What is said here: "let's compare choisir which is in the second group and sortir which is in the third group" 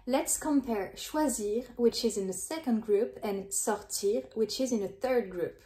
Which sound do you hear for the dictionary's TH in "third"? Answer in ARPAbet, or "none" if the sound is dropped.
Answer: TH